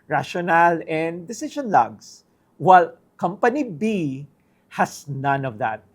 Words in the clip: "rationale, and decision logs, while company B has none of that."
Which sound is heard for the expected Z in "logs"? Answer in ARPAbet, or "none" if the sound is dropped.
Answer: S